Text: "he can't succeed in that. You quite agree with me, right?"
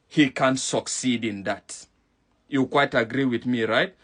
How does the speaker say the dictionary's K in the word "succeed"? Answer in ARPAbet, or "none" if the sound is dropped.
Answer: K